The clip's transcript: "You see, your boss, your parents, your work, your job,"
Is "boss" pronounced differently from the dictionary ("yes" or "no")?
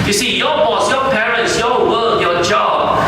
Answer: no